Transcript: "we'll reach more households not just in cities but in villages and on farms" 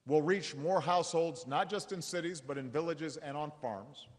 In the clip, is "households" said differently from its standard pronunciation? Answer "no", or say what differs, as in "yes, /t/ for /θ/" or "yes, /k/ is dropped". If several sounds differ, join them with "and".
no